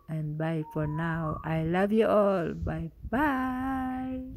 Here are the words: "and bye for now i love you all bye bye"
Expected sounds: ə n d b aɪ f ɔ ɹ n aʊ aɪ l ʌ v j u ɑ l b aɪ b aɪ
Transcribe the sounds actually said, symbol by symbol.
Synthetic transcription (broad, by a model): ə n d b aɪ f ɔ ɹ n aʊ aɪ l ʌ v j u ɑ l b aɪ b aɪ